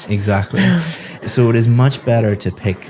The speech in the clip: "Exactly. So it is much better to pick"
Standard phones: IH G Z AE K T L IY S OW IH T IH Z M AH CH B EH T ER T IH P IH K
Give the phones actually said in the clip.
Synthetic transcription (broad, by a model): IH G Z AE K T L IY S OW IH T IH Z M AH CH B EH T ER T IH P IH K